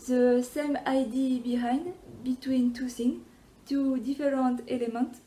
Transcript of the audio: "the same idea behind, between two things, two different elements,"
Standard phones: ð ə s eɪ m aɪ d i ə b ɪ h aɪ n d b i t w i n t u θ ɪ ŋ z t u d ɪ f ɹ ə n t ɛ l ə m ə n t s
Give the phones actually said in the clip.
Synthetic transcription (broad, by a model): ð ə s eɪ m aɪ d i b ɪ h aɪ n d b i t w i n t u s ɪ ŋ t u d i f ɹ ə n t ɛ l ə m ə n t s